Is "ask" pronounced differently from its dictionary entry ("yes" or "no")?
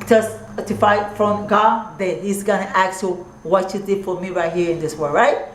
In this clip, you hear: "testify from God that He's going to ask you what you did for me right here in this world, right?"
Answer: yes